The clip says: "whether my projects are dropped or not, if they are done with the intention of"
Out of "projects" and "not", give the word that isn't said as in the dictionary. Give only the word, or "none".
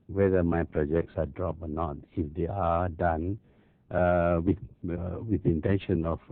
none